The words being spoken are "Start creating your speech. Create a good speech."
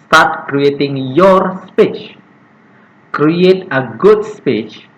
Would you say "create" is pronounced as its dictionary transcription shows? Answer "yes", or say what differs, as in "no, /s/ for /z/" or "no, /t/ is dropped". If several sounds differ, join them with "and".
yes